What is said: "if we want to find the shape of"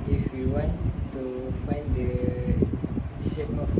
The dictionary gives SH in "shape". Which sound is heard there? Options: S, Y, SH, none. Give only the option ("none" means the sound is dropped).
S